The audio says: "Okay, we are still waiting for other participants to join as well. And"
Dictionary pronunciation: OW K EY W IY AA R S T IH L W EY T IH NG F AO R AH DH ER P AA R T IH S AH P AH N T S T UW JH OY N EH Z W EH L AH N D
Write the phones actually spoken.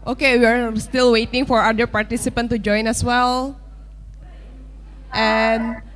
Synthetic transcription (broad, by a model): OW K EY W IY AA R S T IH L W EY T IH NG F AO R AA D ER P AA R T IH S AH P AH N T T UW JH OY N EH S W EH L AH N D